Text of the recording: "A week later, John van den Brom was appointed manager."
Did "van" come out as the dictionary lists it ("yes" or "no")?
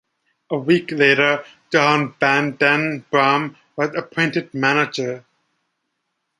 no